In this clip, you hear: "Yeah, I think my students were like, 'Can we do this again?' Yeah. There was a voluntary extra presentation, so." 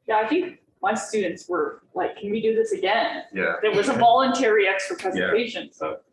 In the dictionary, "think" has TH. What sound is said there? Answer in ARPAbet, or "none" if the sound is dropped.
TH